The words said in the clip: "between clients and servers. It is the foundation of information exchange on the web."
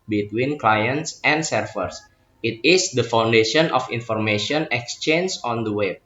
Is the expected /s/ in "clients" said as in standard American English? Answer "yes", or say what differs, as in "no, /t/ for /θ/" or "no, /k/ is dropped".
yes